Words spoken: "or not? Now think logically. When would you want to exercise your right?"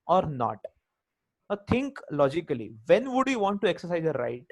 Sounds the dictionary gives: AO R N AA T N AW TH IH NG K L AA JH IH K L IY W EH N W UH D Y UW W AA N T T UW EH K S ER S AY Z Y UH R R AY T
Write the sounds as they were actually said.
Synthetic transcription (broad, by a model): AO R N AA T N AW T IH NG K L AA JH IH K L IY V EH N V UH D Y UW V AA N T T UW EH K S ER S AY Z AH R R AY T